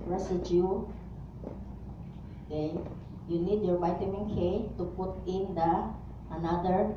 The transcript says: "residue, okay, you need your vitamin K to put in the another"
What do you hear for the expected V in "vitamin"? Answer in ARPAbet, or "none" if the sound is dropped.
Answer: B